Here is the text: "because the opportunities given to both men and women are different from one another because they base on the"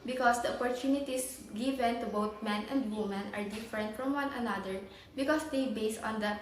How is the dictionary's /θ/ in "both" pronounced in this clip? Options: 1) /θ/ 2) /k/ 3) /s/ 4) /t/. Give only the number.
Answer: 4